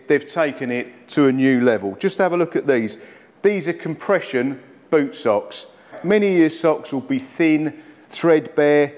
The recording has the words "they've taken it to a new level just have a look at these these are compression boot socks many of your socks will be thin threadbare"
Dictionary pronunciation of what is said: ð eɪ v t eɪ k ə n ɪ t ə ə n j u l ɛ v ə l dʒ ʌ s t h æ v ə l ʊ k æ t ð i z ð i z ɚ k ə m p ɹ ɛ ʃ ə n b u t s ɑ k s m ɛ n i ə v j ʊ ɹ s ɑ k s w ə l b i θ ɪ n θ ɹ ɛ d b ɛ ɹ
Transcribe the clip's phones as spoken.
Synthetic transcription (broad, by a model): ð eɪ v t eɪ k ə n ɪ t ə ə n j u l ɛ v ə l dʒ ʌ s t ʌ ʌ v ə l ʊ k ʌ t ð i z ð i z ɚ k ə m p ɹ ɛ ʃ ə n b u t s ɑ k s m ɛ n i j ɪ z s ɑ k s w ə l b i θ ɪ n θ ɹ ɛ d b ɛ